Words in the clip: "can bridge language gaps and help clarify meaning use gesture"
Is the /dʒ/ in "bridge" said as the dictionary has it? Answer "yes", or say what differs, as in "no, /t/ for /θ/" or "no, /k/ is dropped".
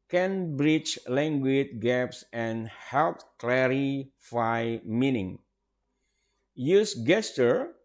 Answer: no, /tʃ/ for /dʒ/